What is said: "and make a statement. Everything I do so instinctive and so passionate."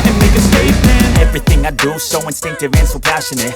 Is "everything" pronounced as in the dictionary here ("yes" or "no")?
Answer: yes